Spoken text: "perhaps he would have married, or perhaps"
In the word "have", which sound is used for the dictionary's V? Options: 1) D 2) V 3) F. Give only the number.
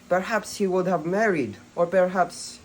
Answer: 2